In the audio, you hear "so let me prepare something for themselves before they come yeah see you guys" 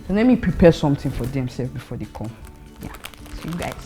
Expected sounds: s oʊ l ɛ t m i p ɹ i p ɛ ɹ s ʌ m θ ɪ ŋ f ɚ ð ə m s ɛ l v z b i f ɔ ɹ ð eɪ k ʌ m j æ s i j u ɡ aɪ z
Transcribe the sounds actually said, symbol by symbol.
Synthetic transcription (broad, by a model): s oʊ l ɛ m i p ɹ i p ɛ s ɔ m t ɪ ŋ f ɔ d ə m s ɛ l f b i f ɔ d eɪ k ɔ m j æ s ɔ j u ɡ aɪ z